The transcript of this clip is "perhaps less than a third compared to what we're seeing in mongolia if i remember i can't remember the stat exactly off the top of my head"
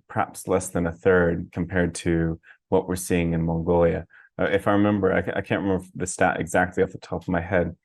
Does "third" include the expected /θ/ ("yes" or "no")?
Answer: yes